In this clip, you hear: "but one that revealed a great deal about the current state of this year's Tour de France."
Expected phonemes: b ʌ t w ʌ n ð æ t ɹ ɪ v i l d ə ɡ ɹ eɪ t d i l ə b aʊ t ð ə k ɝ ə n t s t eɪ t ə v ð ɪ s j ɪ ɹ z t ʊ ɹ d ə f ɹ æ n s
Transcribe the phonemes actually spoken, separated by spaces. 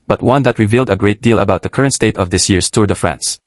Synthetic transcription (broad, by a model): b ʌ t w ʌ n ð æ t ɹ ɪ v i l d ə ɡ ɹ eɪ t d i l ə b aʊ t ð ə k ɝ ə n t s t eɪ t ə v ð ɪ s j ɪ ɹ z t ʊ ɹ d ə f ɹ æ n s